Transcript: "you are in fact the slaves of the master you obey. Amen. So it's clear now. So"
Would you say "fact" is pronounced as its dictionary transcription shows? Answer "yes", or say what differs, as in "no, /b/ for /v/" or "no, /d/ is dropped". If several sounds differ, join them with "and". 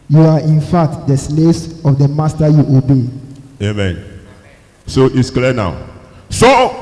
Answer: no, /k/ is dropped